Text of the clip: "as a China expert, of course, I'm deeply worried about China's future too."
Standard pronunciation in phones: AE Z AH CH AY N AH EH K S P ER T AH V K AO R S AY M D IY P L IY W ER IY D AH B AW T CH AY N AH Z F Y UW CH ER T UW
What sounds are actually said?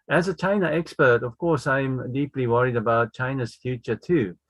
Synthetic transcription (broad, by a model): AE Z AH CH AY N AH EH K S P ER T AH V K AO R S AY M D IY P L IY W ER IY D AH B AW T CH AY N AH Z F Y UW CH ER T UW